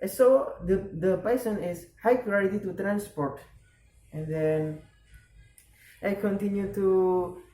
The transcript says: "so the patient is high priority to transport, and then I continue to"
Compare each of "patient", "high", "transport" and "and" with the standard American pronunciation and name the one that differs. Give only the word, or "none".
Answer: patient